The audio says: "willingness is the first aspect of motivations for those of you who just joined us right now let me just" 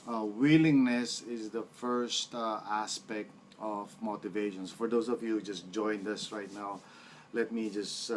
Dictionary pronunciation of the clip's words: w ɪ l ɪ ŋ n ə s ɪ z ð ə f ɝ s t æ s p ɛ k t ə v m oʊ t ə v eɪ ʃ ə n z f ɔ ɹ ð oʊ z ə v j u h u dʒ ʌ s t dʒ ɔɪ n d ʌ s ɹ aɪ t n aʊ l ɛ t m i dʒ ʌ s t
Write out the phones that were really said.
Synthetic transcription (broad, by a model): w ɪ l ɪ ŋ n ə s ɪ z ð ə f ɝ s t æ s p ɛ k t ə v m oʊ t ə v eɪ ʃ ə n s f ɔ ɹ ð oʊ s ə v j u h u dʒ ʌ s t dʒ ɔɪ n d ʌ s ɹ aɪ t n aʊ l ɛ t m i dʒ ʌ s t